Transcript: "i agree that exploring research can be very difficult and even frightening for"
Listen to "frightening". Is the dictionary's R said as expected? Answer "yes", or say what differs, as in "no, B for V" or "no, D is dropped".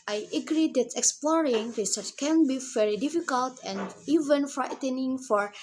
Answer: yes